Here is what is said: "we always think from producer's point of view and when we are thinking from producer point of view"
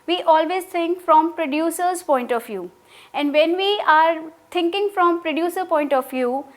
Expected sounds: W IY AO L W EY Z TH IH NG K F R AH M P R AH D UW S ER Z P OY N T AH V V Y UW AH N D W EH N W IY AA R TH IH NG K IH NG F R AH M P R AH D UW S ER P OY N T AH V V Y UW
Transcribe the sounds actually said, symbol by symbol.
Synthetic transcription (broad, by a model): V IY AO L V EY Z T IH NG K F R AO M P R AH D UW S ER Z P OY N T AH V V Y UW AH N D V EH N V IY AA R T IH NG K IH NG F R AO M P R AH D UW S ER P OY N T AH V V Y UW